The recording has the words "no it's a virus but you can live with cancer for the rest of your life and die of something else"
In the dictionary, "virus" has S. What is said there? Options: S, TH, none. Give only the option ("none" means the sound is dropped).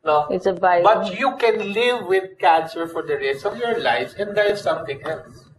none